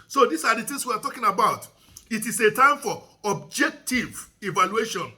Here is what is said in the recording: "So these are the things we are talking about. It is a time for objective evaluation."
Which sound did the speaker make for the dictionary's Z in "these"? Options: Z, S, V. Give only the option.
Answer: S